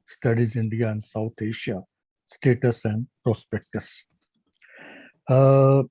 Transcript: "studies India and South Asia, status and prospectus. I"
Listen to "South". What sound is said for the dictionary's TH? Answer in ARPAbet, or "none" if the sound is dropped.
T